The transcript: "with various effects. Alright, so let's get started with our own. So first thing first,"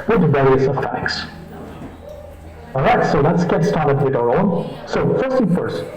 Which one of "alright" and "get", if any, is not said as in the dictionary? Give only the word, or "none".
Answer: alright